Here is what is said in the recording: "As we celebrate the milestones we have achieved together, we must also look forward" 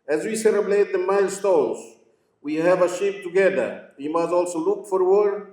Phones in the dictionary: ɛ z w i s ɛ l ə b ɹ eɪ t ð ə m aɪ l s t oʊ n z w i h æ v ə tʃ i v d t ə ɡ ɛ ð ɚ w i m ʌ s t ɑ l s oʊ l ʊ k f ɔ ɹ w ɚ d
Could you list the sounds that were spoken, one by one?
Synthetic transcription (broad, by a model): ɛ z w i s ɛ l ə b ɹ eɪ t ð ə m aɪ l s t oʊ l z w i h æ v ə ʃ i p t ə ɡ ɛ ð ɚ w i m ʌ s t ɑ l s oʊ l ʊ k f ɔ ɹ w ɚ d